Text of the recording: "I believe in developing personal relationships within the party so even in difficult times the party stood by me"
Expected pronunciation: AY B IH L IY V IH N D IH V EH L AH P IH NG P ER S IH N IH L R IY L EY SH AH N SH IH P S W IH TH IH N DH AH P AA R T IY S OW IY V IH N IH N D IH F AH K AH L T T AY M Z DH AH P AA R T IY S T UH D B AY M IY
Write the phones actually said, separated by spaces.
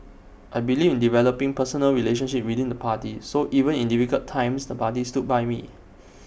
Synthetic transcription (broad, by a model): AY B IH L IY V IH N D IH V EH L AH P IH NG P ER S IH N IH L R IY L EY SH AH N SH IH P W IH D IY N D AH P AA T IY S OW IY V IH N IH N D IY F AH K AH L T T AY M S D AH P AA T IY S T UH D B AY M IY